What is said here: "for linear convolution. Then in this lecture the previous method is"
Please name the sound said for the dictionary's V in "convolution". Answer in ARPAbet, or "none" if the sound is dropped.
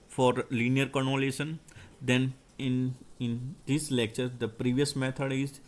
none